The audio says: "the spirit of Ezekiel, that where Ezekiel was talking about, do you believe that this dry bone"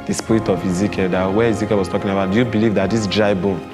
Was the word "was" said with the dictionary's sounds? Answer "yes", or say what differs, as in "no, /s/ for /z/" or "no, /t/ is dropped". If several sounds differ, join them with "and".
no, /s/ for /z/